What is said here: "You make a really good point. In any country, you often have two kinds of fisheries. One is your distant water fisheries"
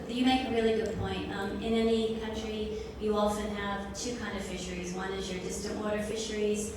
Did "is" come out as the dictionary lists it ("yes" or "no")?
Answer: yes